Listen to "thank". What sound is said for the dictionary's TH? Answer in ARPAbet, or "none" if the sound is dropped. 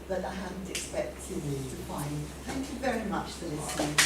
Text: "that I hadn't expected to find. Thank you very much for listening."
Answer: TH